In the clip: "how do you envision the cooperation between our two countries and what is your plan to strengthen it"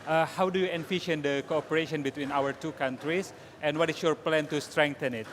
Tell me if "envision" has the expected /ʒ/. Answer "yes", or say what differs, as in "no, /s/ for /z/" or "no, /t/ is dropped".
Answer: no, /ʃ/ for /ʒ/